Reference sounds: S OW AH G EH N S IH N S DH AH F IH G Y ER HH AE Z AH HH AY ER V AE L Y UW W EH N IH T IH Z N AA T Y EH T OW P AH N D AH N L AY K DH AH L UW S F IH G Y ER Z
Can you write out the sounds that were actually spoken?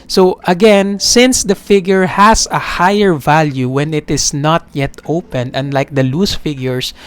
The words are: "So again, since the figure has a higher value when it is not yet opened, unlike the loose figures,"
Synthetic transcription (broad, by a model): S OW AH G EH N S IH N S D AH F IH G Y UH HH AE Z AH HH AY ER V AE L Y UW W EH N IH T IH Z N AA T Y EH T OW P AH N AH N L AY K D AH L UW S F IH G Y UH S